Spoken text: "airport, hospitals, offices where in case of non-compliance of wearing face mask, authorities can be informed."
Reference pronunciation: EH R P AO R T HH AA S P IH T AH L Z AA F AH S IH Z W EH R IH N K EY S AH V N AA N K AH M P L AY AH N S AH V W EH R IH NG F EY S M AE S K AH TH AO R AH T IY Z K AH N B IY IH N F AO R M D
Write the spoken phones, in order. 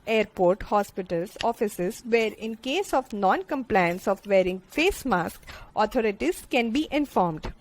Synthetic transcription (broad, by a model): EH R P AO R T HH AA S P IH T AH L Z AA F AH S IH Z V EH R IH N K EY S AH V N AA N K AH M P L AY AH N S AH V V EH R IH NG F EY S M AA S K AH T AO R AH T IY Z K AH N B IY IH N F AO R M D